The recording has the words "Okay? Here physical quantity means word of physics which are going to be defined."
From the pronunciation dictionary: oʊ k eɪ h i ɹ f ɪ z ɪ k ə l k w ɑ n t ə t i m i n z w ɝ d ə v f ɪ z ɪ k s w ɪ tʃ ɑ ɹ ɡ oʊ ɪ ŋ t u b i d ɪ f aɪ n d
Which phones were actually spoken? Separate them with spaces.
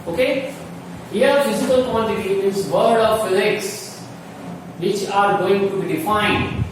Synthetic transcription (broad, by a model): oʊ k eɪ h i ɹ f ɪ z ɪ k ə l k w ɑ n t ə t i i z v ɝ d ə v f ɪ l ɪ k s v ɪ tʃ ɑ ɹ ɡ oʊ ɪ ŋ t u b i d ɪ f aɪ n d